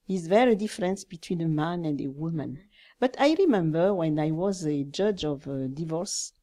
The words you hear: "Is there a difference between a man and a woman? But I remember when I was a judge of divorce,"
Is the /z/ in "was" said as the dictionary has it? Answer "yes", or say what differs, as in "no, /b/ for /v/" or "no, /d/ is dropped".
yes